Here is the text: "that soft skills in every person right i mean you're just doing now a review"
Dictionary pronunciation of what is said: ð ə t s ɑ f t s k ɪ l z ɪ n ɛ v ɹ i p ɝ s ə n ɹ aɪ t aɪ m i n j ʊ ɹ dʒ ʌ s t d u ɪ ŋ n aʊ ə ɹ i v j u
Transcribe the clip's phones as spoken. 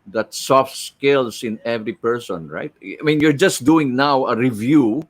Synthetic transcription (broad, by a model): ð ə t s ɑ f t s k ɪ l s ɪ n ɛ v ɹ i p ɝ s ə n ɹ aɪ t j m i n j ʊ ɹ dʒ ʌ s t d u ɪ ŋ n aʊ ə ɹ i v j u